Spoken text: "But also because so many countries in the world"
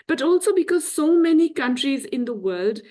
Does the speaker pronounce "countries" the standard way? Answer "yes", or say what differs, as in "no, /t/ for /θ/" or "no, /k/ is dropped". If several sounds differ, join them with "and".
yes